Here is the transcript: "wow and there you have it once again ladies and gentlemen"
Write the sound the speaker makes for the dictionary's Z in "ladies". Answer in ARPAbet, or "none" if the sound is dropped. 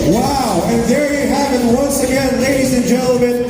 Z